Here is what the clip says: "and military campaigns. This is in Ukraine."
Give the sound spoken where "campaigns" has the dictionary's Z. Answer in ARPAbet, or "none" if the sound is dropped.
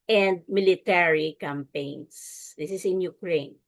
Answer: S